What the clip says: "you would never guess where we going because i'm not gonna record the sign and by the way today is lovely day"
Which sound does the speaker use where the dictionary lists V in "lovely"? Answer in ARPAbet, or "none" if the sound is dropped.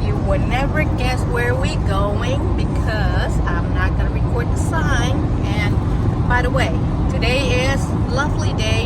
V